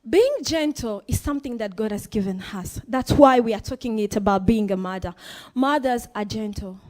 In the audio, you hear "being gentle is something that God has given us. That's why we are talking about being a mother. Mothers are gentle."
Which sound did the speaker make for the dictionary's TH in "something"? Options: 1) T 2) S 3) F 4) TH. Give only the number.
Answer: 4